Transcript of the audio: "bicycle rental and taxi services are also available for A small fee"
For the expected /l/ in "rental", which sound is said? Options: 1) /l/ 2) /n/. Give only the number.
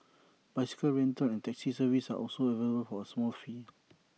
2